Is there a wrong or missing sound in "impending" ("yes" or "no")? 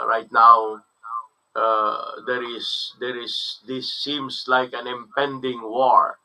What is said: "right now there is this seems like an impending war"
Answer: no